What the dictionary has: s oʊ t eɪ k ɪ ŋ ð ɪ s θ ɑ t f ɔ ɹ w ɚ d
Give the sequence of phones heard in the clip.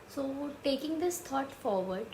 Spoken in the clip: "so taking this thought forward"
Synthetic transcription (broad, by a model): s oʊ t eɪ k ɪ ŋ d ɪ s t ɑ t f ɔ ɹ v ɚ d